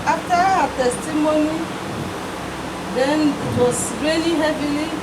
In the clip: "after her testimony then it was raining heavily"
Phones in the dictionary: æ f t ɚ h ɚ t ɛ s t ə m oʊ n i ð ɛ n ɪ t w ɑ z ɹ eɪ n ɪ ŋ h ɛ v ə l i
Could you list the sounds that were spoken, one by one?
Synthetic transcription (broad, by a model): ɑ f t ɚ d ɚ t ɛ s t ə m oʊ n i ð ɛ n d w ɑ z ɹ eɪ l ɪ h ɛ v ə l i